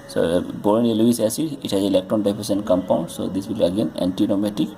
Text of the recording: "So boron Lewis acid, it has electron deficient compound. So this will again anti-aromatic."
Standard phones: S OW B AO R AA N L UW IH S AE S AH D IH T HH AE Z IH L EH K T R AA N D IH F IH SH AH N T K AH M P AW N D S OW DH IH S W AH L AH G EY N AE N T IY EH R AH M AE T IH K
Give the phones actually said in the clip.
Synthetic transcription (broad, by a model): S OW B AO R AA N L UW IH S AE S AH IH T HH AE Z IH L EH K T R AA N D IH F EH S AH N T K AH M P AW N D S OW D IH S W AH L AH G EY N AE N T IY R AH M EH T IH K